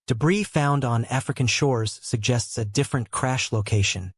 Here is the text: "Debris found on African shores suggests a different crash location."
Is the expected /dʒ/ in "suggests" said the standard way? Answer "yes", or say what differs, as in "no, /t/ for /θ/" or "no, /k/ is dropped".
yes